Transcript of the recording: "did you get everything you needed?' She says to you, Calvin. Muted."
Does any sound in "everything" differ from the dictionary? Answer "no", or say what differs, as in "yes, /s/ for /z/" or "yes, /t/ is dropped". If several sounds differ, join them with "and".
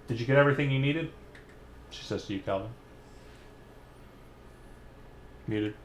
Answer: no